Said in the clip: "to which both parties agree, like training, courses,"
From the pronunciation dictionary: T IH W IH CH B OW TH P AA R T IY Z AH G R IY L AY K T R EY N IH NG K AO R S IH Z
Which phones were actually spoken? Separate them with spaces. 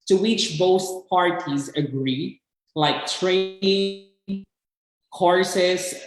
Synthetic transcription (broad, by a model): T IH W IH CH B OW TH P AA R T IY Z AH G R IY L AY K T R EY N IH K AO R S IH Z